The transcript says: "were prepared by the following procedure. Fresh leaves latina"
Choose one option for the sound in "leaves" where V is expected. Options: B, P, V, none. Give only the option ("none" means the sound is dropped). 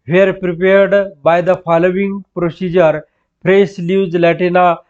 none